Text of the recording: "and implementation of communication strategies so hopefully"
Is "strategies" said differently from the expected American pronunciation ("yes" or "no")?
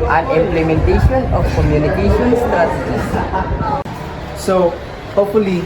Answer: yes